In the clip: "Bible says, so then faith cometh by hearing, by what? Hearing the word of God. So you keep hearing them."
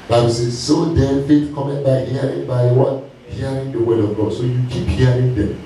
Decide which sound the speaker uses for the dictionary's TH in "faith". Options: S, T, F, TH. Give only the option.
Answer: T